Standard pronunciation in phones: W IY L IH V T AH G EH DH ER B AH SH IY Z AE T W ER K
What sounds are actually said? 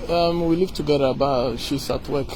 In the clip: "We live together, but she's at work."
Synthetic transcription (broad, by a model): W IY L IH V T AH G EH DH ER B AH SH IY S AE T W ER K